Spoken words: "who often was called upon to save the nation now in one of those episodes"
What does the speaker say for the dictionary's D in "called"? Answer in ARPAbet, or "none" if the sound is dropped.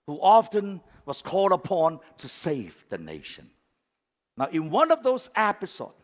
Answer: D